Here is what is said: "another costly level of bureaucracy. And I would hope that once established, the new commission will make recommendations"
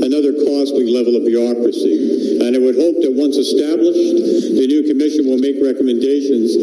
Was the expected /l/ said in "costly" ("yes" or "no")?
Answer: no